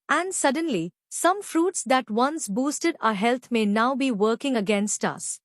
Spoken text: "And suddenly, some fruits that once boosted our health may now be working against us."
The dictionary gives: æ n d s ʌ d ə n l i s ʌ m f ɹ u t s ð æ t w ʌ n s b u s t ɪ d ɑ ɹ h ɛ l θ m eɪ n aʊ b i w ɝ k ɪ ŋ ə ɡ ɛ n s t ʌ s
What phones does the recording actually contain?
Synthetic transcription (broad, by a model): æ n d s ʌ d ə n l i s ʌ m f ɹ u t s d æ t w ʌ n s b u s t ɪ d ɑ h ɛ l t m eɪ n aʊ b i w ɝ k ɪ ŋ ə ɡ ɛ n s t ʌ s